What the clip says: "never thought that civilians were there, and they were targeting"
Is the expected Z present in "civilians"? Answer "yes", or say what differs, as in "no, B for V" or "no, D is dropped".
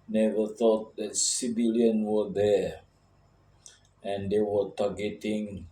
no, Z is dropped